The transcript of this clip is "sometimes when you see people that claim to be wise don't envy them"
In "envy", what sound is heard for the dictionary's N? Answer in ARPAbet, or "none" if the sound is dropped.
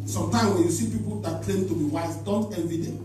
none